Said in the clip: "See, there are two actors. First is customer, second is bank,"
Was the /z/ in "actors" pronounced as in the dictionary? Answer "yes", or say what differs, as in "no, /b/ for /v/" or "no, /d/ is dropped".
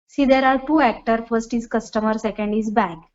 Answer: no, /z/ is dropped